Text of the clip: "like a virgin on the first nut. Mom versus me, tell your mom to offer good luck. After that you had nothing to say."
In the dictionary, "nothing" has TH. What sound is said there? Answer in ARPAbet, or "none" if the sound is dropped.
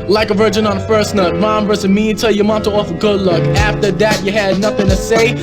TH